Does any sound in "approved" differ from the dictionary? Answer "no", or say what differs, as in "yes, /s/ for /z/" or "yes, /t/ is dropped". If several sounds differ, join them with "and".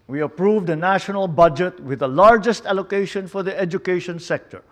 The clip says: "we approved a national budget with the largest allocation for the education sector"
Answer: no